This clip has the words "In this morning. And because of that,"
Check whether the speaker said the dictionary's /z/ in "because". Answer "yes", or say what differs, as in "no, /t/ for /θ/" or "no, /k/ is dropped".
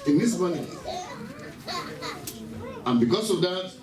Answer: no, /s/ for /z/